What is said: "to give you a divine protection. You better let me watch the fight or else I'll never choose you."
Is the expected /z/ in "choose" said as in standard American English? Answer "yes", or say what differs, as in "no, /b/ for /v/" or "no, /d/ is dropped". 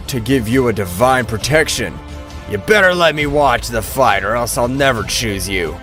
yes